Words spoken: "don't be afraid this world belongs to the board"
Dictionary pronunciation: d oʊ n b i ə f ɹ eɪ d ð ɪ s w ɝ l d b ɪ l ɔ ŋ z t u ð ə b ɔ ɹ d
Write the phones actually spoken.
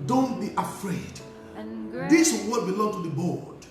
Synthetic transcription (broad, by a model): d oʊ n b i ə f ɹ eɪ d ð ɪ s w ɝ d b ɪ l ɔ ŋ t u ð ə b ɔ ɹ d